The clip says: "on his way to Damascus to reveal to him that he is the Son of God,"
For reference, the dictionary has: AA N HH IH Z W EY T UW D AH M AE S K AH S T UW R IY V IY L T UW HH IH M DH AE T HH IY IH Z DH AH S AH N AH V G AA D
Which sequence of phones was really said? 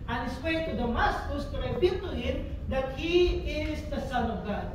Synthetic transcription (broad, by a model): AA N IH S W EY T UW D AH M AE S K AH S T UW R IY P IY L T UW HH IH M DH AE T HH IY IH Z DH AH S AH N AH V G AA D